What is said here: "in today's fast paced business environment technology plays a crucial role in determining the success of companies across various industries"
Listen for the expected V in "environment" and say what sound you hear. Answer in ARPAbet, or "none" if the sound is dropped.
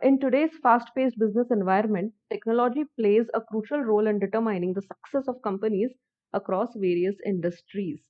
V